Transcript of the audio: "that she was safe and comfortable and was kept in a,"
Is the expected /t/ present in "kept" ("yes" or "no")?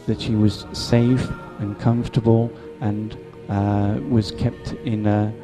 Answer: yes